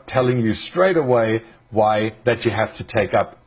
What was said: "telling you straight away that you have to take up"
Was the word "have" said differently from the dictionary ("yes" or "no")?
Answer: yes